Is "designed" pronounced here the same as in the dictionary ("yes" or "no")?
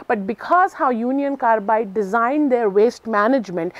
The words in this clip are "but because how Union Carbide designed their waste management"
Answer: yes